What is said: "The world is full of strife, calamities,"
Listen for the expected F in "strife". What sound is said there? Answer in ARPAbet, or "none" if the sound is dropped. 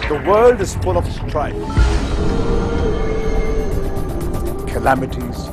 P